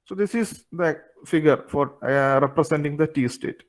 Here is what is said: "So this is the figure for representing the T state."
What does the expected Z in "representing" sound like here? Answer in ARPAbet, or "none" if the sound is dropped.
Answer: S